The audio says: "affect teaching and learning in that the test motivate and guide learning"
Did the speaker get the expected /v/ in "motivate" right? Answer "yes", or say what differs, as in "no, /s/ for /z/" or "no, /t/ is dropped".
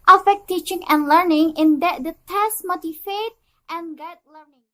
no, /f/ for /v/